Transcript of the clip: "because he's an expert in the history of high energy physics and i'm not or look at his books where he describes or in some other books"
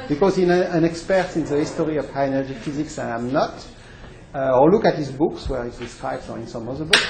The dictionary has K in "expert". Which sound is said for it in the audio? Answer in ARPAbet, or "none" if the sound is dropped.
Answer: K